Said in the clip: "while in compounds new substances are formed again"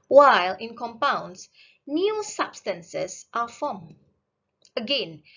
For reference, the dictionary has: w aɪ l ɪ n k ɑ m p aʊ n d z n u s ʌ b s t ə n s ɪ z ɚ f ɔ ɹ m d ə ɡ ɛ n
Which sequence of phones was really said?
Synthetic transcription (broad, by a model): w aɪ l ɪ n k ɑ m p aʊ n d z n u s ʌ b s t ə n s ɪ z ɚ f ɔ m ə ɡ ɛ n